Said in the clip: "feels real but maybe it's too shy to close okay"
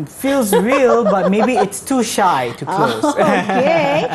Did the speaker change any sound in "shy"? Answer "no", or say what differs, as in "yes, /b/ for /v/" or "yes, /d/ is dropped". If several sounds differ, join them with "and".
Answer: no